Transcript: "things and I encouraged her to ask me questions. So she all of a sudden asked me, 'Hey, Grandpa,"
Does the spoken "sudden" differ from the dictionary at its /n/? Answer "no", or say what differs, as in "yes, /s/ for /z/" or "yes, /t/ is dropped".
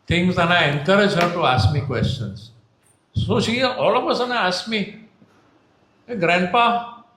yes, /n/ is dropped